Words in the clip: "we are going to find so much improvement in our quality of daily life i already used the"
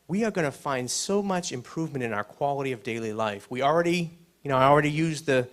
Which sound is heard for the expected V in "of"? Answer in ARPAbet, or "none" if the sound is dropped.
V